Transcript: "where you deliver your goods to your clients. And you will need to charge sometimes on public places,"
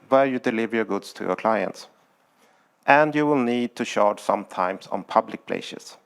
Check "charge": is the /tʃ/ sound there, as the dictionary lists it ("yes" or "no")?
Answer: no